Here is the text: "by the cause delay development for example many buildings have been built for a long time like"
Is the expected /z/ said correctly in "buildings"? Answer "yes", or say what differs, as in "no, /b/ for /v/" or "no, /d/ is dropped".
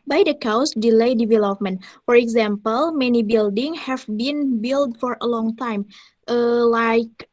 no, /z/ is dropped